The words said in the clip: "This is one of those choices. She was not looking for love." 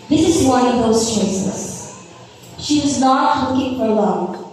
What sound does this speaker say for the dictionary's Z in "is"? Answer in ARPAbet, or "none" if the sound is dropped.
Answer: Z